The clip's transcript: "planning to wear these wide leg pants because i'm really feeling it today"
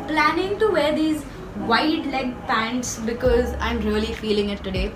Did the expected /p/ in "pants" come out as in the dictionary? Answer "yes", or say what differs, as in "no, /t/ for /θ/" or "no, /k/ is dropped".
yes